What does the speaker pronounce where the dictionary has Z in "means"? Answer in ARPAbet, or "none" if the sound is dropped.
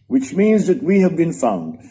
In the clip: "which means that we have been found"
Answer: Z